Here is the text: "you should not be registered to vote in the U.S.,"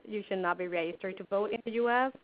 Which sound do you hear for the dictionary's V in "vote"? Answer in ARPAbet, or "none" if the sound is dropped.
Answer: V